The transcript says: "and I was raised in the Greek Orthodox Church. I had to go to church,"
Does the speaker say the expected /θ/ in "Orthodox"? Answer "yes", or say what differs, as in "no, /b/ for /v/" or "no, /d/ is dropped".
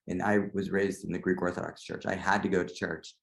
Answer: yes